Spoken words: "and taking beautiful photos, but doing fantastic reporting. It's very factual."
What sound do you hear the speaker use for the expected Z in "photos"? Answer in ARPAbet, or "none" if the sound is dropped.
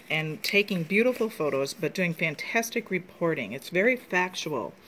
Z